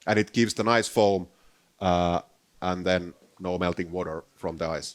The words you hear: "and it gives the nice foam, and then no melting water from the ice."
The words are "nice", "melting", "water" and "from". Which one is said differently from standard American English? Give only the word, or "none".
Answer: none